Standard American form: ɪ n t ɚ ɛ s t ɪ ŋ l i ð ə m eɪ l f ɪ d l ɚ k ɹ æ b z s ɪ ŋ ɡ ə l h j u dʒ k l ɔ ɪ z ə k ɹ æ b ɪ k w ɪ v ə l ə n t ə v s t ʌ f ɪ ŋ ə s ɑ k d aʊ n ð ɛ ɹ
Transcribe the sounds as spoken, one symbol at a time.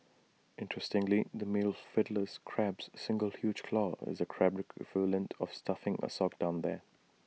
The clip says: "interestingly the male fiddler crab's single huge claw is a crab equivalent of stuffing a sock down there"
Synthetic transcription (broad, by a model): ɪ n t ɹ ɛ s t ɪ ŋ l i ð ə m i l f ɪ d l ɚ k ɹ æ b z s ɪ ŋ ɡ ə l h j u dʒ k l ɔ ɪ z ə k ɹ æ b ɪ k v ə l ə n t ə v s t ʌ f ɪ ŋ ə s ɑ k d aʊ n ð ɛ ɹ